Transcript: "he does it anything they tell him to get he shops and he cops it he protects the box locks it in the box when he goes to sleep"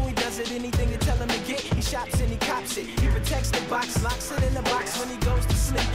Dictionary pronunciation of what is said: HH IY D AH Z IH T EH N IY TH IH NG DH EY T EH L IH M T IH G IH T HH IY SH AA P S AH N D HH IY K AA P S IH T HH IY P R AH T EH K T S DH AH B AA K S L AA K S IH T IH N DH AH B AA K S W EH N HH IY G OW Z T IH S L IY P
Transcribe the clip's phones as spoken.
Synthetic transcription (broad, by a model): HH IY D AH Z IH T EH N IY TH IH NG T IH T EH L IH M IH G IH T HH IY SH AA P S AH N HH IY K AA P S IH T HH IY P R AH T EH K T S DH AH B AA K S L AA K S IH T IH N DH AH B AA K S W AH N IY G OW Z T IH S L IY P